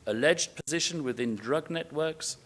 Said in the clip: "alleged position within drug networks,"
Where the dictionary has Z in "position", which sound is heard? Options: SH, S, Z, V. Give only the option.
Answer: Z